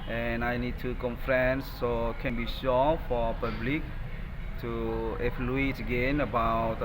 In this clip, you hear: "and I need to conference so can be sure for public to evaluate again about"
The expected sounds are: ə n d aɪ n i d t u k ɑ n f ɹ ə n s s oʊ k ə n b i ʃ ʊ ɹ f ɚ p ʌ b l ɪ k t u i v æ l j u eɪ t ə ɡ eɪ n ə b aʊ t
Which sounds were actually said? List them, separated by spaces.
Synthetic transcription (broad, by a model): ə n aɪ n i d t u k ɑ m f ɹ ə n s s oʊ k ə n b i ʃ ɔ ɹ f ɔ p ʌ b l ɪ k t u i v l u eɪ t ə ɡ eɪ n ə b aʊ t